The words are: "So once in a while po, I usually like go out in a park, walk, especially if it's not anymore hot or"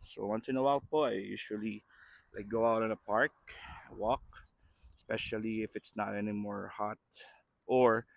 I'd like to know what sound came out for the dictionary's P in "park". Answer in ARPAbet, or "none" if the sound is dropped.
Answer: P